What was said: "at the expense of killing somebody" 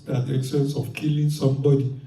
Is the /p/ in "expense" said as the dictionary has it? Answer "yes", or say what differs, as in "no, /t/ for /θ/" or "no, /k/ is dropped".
no, /p/ is dropped